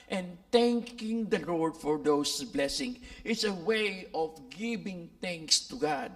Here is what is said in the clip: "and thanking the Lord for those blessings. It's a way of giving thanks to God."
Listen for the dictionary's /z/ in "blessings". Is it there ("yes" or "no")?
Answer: no